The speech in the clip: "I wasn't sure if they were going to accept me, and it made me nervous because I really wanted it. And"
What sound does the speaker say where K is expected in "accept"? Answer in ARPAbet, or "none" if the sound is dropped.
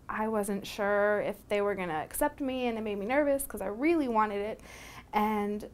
K